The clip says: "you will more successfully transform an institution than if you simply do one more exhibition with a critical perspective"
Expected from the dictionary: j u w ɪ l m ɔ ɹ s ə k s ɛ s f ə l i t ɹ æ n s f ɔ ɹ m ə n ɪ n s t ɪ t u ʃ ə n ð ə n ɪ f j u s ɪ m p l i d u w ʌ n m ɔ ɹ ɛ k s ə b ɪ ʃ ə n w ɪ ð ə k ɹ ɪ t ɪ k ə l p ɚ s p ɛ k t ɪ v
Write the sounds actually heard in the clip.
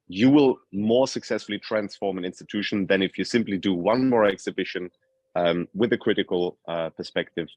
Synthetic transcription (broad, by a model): j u w ɪ l m ɔ ɹ s ə k s ɛ s f ə l i t ɹ æ n s f ɔ ɹ m ə n ɪ n s t ɪ t u ʃ ə n ð ə n ɪ f j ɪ s ɪ m p l i d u w ʌ n m ɔ ɹ ɛ k s ə b ɪ ʃ ə n w ɪ ð ə k ɹ ɪ t ɪ k ə l p ɚ s p ɛ k t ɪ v